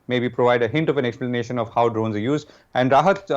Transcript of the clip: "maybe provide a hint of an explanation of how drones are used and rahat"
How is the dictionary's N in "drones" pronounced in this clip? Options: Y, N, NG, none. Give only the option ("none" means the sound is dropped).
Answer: N